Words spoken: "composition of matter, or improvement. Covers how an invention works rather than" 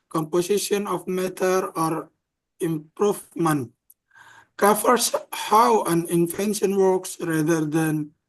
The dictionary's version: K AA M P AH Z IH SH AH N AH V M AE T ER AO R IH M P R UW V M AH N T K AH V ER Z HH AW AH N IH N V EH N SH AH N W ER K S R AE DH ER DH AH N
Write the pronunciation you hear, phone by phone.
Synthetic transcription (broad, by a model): K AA M P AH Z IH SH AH N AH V M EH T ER AO R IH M P R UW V M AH N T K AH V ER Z HH AW AH N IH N F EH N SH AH N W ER K S R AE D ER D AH N